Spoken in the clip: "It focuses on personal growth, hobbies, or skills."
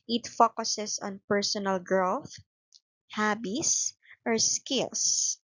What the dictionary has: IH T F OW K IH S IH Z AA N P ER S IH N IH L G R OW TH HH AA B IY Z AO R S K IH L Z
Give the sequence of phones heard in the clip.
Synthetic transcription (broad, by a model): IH T F OW K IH S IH S AA N P ER S IH N IH L G R OW TH HH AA B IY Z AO R S K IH L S